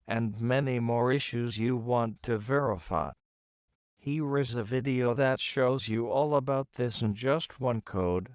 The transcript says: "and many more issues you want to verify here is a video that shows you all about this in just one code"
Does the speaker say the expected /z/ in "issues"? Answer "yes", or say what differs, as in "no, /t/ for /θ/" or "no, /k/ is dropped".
yes